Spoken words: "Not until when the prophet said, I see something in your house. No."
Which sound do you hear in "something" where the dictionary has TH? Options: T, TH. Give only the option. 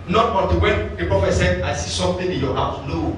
T